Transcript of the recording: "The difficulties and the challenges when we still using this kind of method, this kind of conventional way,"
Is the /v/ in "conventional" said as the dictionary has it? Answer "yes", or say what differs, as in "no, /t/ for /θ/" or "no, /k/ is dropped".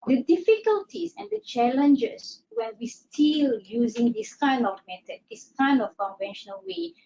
yes